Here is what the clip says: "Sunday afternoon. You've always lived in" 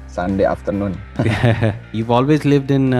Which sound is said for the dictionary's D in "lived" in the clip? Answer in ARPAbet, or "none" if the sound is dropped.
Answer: D